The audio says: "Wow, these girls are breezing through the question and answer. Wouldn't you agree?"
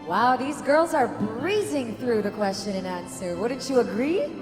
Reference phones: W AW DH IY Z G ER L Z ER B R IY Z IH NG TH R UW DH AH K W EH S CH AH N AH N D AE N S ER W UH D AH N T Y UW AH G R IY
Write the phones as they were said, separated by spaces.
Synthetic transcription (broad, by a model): W AW DH IY Z G ER L Z ER B R IY Z IH NG TH R UW DH AH K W EH S CH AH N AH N AE N S ER W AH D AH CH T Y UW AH G R IY